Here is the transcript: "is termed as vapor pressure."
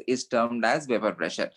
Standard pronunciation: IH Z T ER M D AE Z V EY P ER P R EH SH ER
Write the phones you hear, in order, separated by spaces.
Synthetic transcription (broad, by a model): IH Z T ER M D AE Z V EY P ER P R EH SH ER